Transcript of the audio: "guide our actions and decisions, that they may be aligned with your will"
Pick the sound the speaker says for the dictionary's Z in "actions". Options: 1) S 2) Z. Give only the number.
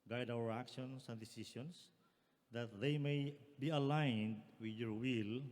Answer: 1